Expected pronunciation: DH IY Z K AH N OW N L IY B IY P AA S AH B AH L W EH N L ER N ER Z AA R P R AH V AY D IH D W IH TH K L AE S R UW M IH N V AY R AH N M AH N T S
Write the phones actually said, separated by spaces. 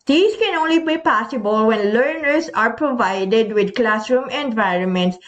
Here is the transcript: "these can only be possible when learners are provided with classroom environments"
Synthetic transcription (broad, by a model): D IY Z K AH N OW N L IY B IY P AA S AH B AH L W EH N L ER N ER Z AA R P R AH V AY D IH D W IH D K L AE S R UW M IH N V AY R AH N M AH N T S